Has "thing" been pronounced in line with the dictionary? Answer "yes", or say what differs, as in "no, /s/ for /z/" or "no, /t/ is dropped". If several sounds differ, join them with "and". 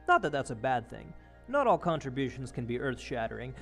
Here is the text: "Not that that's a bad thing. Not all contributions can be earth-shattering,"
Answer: yes